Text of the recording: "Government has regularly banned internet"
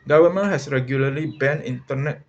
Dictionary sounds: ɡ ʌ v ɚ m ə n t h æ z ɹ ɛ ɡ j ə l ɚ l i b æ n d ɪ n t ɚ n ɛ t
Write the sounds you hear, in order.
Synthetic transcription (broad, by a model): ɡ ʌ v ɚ m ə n h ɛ s ɹ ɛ ɡ j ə l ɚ l i b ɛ n ɪ n t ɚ n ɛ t